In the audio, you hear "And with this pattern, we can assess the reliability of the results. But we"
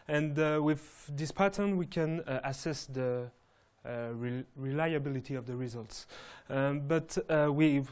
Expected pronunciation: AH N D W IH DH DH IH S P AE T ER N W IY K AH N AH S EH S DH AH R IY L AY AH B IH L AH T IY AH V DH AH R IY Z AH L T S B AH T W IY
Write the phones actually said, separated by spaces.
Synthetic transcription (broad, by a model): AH N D W IH DH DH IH S P AE T ER N W IY K AH N AH S EH S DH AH R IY L AY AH B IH L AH T IY AH V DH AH R IY Z AH L T S B AH T W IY